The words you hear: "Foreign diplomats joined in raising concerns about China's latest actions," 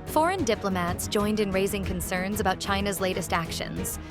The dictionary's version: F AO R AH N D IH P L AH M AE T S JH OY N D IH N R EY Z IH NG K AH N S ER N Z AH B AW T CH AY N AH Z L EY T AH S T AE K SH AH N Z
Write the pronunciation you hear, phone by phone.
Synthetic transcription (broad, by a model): F AO R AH N D IH P L AH M AE T S JH OY N D IH N R EY Z IH NG K AH N S ER N Z AH B AW T CH AY N AH Z L EY T AH S T AE K SH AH N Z